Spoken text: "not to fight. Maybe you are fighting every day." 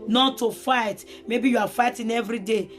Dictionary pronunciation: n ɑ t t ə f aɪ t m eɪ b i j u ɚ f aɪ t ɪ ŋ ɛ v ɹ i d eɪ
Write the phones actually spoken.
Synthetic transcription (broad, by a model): n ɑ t t ə f aɪ t m eɪ b i j u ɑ f aɪ t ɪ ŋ ɛ v ɹ i d eɪ